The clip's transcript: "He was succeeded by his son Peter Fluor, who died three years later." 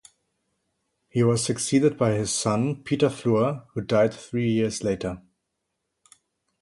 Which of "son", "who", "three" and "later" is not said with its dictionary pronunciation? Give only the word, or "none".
none